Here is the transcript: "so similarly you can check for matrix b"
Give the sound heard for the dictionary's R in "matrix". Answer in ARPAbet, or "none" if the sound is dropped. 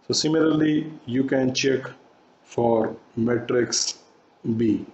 R